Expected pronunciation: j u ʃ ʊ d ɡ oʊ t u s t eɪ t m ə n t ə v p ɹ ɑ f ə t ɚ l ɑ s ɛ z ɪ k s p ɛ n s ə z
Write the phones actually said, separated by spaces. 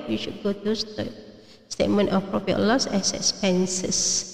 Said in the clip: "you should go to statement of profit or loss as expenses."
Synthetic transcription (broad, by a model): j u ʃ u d ɡ oʊ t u s t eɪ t m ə n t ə f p ɹ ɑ p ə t l ɑ s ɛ s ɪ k s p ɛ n s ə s